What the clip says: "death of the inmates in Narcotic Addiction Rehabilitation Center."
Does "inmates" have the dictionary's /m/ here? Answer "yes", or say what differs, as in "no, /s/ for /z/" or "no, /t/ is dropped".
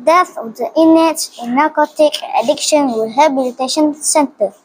no, /m/ is dropped